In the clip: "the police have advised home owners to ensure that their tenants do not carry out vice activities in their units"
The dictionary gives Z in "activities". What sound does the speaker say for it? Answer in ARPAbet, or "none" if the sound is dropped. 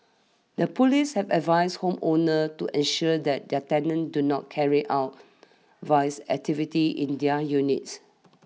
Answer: none